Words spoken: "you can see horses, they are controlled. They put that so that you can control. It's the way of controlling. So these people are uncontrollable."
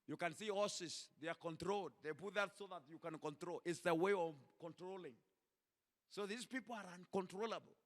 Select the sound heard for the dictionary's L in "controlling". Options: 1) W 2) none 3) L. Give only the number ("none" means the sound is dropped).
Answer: 3